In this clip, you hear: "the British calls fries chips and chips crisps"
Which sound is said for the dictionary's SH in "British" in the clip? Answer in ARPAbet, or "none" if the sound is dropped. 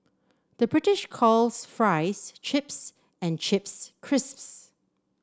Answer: SH